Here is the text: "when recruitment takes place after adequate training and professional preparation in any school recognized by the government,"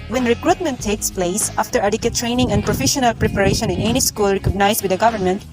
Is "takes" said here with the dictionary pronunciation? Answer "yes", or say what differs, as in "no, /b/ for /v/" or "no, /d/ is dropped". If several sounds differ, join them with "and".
yes